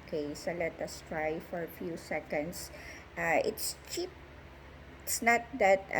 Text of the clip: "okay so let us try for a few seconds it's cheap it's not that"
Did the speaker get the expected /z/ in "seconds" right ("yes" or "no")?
no